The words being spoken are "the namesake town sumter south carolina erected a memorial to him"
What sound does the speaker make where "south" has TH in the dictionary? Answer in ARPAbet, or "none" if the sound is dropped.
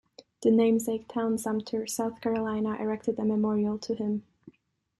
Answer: TH